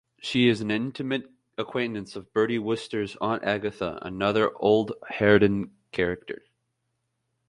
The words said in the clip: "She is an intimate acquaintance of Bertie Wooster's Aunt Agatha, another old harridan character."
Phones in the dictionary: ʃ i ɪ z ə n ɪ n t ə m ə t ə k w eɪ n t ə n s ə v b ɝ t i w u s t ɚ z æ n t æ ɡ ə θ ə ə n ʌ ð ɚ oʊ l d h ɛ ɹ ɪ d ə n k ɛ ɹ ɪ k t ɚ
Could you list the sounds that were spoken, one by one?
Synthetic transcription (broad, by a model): ʃ i ɪ z n ɪ n t ə m ə t ə k w eɪ n t ə n s ə v b ɝ t i w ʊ s t ɚ z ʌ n t æ ɡ ə θ ə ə n ʌ ð ɚ oʊ l d h ɛ ɹ ɪ d ə n k ɛ ɹ ɪ k t ɚ